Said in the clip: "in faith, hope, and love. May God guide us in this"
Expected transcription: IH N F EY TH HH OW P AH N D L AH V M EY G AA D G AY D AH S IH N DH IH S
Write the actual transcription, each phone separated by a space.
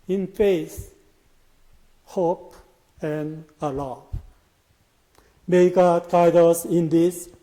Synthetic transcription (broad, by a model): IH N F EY S HH OW P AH N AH L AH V M EY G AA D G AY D AH S IH N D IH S